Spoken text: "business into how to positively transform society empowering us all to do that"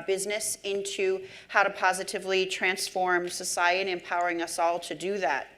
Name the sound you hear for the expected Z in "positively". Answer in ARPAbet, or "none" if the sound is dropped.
Z